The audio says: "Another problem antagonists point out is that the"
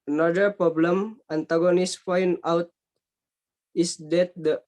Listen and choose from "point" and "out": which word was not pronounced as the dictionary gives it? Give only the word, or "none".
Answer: point